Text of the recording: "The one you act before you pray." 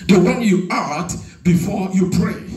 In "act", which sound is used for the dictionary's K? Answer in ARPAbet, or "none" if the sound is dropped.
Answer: none